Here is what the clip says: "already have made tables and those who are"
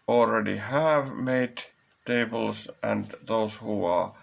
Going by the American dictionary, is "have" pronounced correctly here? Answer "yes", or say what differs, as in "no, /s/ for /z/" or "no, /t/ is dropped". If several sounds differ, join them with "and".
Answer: yes